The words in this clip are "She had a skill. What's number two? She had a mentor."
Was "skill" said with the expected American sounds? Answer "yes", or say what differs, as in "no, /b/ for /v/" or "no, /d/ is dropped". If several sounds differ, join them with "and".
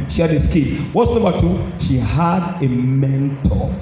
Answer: no, /n/ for /l/